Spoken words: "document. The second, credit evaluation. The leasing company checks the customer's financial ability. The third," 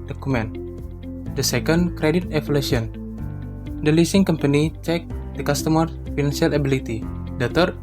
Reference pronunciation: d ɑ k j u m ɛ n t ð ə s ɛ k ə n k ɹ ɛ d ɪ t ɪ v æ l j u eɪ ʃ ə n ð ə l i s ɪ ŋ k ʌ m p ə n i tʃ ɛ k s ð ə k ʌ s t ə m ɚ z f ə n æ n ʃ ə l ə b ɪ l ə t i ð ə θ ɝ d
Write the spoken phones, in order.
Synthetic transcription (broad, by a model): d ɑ k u m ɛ n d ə s ɛ k ə n k ɹ ɛ d ɪ t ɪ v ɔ l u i ə n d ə l i s ɪ ŋ k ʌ m p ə n i tʃ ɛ k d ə k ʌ s t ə m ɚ f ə n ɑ n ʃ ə l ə b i l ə t i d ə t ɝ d